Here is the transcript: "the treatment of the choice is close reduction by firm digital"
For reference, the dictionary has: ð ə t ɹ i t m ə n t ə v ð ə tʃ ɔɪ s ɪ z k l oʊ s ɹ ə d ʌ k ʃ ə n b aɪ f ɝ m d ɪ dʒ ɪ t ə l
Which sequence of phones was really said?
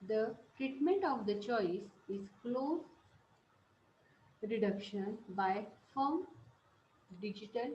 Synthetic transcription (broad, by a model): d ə t ɹ i t m ə n t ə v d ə tʃ ɔɪ s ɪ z k l oʊ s ɹ ə d ʌ k ʃ ə n b aɪ f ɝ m d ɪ dʒ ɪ t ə l